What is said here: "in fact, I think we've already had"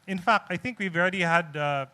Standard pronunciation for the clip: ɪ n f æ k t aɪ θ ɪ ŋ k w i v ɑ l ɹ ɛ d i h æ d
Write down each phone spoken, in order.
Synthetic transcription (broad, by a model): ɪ n f æ k t aɪ θ ɪ ŋ k w i v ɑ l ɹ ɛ d i h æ d